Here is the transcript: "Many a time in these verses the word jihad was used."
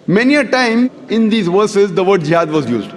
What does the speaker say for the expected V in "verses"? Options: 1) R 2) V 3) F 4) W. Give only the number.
2